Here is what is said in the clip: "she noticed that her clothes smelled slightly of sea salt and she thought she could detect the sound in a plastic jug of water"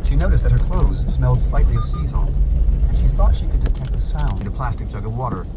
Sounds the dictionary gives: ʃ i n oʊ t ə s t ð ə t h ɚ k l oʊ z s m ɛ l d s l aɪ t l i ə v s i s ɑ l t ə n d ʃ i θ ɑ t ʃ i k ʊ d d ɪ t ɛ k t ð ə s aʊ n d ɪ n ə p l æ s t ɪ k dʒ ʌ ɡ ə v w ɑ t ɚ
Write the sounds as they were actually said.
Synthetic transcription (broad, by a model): ʃ i n oʊ t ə s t ð ə t h ɚ k l oʊ z s m ɛ l d s l aɪ t l i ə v s i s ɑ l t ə n ʃ i θ ɑ t ʃ i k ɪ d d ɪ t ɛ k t ð ə s aʊ n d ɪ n ə p l æ s t ɪ k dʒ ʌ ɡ ə v w ɑ t ɚ